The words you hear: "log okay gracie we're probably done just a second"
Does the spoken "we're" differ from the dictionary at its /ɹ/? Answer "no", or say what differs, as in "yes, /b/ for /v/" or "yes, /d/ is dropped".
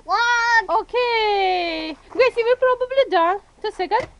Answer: yes, /l/ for /ɹ/